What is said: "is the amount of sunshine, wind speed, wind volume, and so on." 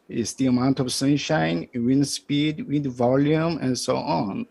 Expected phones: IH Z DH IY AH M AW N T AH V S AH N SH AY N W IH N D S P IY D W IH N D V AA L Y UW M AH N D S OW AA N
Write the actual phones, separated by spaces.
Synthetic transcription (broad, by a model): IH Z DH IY AH M AW N T AH V S AH N SH AY N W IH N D S P IY D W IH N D V AA L Y UW M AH N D S OW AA N